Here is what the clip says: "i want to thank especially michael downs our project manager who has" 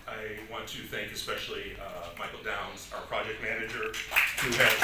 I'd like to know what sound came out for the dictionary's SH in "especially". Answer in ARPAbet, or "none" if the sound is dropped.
SH